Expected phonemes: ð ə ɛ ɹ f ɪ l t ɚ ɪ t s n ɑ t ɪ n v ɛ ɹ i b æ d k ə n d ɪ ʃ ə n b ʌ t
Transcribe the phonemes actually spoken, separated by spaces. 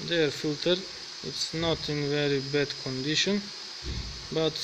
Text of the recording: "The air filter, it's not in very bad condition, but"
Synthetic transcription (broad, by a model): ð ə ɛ ɹ f ɪ l t ɚ ɪ t s n ɑ t ɪ n v ɛ ɹ i b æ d k ə n d ɪ ʃ ə n b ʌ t